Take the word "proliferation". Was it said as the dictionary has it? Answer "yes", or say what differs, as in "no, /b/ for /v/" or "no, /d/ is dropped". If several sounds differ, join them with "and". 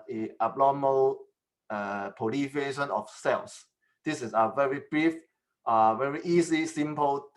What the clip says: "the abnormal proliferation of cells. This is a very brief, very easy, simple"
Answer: no, /ɹ/ is dropped